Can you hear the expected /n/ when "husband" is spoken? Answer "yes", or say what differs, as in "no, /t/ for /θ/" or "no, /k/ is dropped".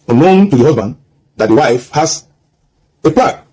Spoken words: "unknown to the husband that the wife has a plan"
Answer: yes